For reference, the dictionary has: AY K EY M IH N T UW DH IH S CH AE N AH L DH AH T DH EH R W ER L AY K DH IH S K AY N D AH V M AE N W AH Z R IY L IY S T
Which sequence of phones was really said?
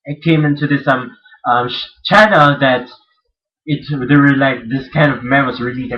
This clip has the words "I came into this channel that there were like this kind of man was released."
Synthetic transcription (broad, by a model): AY K EY M IH N T UW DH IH S CH AE N AH L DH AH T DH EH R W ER L AY K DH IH S K AY N D AH V M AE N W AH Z R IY L IY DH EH